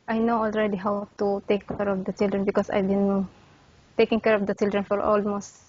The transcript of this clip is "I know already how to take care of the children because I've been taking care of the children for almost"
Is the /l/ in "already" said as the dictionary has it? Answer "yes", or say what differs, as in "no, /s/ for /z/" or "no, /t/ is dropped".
yes